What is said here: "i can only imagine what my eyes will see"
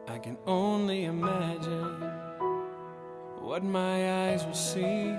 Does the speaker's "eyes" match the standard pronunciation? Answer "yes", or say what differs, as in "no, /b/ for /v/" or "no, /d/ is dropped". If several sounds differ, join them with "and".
yes